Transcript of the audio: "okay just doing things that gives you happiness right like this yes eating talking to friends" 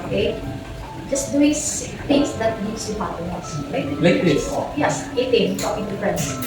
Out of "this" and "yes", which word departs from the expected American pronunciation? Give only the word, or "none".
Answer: this